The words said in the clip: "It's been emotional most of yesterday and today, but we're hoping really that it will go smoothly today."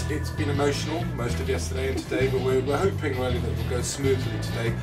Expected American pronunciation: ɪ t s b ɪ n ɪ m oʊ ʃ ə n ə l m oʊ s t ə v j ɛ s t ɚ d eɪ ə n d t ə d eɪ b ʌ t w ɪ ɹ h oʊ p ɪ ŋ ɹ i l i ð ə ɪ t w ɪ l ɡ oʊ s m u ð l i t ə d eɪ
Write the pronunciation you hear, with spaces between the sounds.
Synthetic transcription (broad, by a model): ɪ t s b ɪ n ɪ m oʊ ʃ ə n ə l m oʊ s t ə v j ɛ s t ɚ d eɪ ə n t ə d eɪ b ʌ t w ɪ w h oʊ p ɪ ŋ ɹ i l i ð ə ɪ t w ɪ l ɡ oʊ s m u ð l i t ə d eɪ